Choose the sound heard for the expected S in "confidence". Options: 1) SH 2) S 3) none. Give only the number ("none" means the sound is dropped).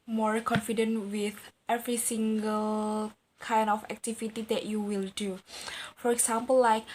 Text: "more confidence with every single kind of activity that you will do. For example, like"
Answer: 3